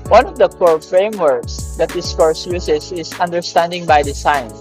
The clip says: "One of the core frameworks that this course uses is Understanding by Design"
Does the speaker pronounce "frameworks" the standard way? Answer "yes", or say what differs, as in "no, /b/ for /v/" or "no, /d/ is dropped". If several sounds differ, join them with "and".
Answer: yes